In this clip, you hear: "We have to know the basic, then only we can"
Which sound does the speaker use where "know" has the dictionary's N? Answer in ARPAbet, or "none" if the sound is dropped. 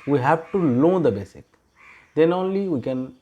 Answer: L